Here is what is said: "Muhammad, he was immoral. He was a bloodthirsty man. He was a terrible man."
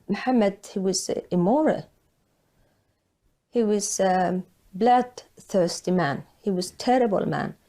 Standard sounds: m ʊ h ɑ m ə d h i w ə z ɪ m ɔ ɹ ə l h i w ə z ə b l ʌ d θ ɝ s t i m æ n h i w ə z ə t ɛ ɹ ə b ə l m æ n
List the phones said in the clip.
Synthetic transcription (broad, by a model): m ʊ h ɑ m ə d h i w ə z ɪ m ɔ ɹ ə l h i w ə z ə b l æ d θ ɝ s t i m æ n h i w ə z t ɛ ɹ ə b ə l m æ n